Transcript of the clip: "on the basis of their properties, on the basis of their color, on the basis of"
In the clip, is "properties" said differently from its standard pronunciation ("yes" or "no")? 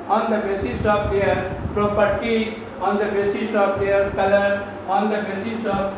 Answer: yes